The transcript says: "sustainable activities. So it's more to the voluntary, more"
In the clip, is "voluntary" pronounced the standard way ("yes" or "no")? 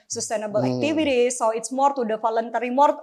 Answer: no